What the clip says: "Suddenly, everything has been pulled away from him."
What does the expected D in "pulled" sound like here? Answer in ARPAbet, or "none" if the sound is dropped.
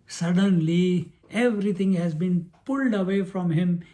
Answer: D